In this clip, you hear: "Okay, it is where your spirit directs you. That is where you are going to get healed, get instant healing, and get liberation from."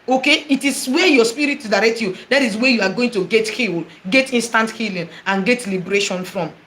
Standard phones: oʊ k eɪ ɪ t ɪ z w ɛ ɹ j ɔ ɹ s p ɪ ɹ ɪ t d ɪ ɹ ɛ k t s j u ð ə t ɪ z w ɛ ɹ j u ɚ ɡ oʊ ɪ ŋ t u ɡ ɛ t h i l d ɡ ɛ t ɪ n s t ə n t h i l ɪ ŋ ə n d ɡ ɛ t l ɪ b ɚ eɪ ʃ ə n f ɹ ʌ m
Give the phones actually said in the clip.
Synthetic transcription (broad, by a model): oʊ k eɪ ɪ t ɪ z w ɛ j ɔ s p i ɹ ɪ t d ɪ ɹ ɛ k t j u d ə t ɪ s w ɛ j u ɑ ɡ oʊ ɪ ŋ t u ɡ ɛ t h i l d ɡ ɛ t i n s t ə n t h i l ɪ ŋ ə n ɡ ɛ t l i b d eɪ ʃ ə n f ɹ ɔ m